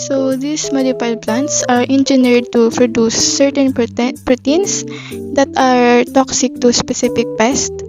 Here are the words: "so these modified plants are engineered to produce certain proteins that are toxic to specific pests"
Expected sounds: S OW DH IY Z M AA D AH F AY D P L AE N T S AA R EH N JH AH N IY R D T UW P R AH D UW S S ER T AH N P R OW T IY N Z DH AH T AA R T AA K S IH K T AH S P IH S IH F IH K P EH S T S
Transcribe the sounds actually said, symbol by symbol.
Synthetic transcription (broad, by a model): S OW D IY S M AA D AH P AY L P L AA N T S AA R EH N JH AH N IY R D T UW P R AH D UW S S ER T AH N P R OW T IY N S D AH T AA R T AA K S IH K T AH S P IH S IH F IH K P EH S T